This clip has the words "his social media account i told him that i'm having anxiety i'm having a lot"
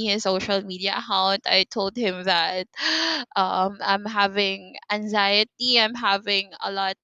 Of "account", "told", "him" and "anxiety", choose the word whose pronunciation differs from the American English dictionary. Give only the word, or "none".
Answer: none